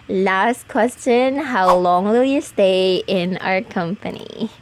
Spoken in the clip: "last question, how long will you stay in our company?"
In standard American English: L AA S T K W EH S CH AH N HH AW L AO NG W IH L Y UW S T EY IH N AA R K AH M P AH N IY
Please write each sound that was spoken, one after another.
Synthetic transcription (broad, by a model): L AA S T K W EH S CH AH N HH AW L AO NG W IH L Y UW S T EY IH N AA R K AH M P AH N IY